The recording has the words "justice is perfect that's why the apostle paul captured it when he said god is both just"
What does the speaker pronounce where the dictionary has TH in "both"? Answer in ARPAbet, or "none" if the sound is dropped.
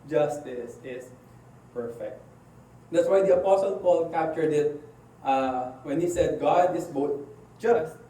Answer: T